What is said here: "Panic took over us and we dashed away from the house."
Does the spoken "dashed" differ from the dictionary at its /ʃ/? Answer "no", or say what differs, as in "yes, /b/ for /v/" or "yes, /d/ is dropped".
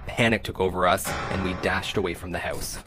no